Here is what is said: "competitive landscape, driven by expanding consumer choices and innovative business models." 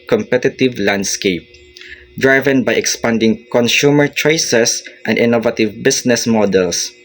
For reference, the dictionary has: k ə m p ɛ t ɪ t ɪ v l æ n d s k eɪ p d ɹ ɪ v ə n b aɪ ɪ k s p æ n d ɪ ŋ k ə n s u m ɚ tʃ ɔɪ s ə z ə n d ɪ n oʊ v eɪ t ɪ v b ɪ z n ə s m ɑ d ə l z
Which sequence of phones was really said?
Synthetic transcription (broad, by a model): k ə m p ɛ t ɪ t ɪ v l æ n d s k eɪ p d ɹ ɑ v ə n b aɪ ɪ k s p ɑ n d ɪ ŋ k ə n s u m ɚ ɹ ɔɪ s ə s ə n d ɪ n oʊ v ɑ t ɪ v b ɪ s n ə s m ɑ d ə l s